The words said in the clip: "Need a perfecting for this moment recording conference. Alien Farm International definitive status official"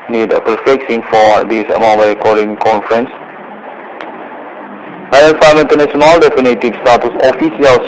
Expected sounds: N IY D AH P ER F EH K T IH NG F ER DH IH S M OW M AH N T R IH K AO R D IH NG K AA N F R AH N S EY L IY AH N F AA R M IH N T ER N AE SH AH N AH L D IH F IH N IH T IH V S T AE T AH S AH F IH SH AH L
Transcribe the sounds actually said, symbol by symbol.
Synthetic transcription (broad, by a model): N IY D AH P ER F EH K S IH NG F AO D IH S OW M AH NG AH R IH K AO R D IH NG K AA N F R AH N S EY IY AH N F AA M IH N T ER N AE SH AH N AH L D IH F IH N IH T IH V S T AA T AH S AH F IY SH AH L